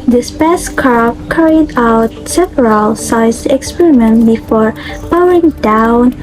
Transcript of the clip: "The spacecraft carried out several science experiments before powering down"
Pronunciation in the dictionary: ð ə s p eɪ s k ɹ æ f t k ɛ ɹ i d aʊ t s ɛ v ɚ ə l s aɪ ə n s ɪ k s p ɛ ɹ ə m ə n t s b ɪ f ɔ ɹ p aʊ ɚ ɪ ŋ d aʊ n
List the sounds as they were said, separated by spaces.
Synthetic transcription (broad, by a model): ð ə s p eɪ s k ɑ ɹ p k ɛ ɹ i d aʊ t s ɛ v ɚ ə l s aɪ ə s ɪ k s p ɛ ɹ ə m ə n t b ɪ f ɔ ɹ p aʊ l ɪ ŋ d aʊ n